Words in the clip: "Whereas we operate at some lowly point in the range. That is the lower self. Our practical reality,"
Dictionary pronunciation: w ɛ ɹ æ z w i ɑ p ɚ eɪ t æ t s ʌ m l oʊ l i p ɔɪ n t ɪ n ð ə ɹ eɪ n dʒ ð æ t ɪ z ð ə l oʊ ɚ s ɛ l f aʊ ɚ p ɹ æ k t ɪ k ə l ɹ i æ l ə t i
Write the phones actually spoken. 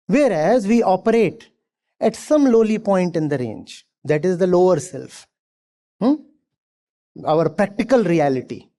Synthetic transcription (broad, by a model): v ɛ ɹ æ z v i ɑ p ɚ eɪ t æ t s ʌ m l oʊ l i p ɔɪ n t ɪ n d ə ɹ eɪ n dʒ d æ t ɪ z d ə l oʊ ɚ s ɛ l f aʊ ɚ p ɹ æ k t ɪ k ə l ɹ i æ l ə t i